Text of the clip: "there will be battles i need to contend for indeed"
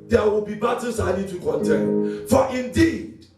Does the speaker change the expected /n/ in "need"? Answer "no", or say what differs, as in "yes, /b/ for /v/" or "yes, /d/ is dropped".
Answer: yes, /l/ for /n/